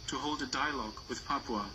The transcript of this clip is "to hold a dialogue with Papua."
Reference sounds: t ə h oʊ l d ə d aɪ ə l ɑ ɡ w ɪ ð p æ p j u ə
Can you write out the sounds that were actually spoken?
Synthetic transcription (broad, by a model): t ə h oʊ l d ə d aɪ ə l ɑ ɡ w ɪ ð p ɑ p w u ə